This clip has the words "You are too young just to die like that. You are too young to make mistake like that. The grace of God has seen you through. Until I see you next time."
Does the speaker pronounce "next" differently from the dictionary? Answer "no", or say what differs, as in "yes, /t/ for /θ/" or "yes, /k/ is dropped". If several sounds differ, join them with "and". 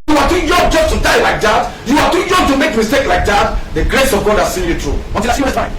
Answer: yes, /k/ is dropped